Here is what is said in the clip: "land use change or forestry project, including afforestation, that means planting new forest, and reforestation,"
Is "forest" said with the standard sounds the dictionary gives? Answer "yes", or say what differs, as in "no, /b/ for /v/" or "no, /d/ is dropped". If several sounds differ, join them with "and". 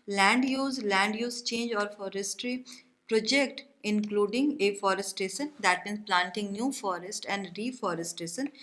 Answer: yes